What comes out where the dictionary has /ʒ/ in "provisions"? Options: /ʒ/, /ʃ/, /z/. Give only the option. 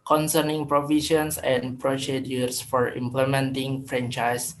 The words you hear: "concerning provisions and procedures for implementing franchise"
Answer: /ʃ/